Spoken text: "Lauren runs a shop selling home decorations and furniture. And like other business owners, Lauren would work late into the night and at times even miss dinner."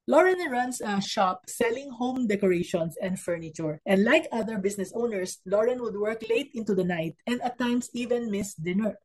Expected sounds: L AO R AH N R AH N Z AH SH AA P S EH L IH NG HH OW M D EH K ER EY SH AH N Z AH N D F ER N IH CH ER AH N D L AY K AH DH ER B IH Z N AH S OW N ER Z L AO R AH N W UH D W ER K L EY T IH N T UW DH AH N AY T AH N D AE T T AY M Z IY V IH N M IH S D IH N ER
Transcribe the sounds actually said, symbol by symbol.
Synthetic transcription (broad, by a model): L AO R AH N R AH N S AH SH AA P S EH L IH NG HH OW M D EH K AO EY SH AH N S AH N D F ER N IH CH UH AH N D L AY K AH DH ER B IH S N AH S OW N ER S L AO R AH N W UH D W ER K L EY T IH N T UW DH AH N AY T AH N D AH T T AY M S IY V IH N M IH S D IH N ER